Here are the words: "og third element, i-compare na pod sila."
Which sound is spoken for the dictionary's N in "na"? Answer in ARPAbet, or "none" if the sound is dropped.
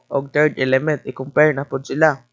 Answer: N